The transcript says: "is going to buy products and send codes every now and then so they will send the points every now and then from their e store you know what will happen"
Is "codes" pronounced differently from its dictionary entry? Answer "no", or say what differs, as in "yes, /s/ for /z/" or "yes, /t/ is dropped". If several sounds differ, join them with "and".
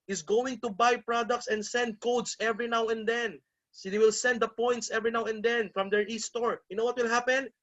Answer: yes, /s/ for /z/